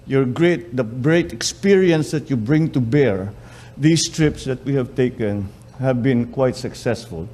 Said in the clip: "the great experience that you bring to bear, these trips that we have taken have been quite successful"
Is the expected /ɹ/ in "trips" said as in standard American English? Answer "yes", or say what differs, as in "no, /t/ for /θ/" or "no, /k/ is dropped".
yes